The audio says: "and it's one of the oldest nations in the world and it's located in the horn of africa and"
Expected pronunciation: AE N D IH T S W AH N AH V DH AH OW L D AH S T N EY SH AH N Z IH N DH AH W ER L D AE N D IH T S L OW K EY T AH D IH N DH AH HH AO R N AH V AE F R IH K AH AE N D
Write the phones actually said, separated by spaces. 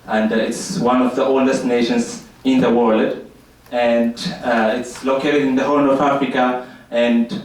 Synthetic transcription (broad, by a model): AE N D IH T S W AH N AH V DH AH OW L D AH S T N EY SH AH N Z IH N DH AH W ER L D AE N D IH T S L OW K EY T AH D IH N DH AH HH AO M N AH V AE F R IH K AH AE N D